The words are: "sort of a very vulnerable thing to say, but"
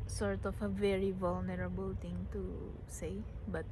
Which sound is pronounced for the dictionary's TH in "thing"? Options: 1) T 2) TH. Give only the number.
1